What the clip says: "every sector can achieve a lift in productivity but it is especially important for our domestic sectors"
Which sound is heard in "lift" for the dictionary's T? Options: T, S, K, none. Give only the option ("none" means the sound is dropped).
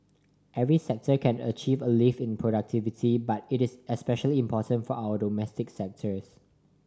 none